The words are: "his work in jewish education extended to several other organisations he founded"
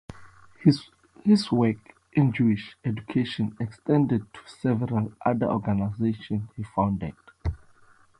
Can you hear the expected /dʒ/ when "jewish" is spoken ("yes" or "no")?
yes